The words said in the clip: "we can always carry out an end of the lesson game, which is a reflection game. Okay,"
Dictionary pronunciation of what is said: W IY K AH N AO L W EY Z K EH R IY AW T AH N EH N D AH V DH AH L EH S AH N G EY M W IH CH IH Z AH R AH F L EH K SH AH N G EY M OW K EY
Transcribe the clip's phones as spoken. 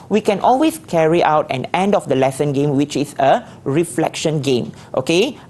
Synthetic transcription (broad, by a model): W IY K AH N AO L W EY S K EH R IY AW T AH N EH N D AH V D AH L EH S AH N G EY M W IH CH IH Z AH R AH F L EH K SH AH N G EY M OW K EY